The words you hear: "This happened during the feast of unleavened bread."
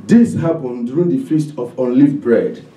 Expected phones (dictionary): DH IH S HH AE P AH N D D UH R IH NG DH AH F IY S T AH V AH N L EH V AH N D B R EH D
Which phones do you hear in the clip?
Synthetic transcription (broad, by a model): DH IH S HH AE P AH N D R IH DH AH F IY S T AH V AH N L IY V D B R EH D